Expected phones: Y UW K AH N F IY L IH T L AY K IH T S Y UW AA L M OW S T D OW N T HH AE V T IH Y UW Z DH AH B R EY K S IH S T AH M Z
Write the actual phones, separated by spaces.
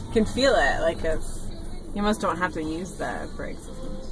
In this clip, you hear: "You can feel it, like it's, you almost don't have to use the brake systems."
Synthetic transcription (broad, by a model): K AH N F IY L IH T L AY K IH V Y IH M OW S D OW N T HH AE F T IH Y UW Z DH AH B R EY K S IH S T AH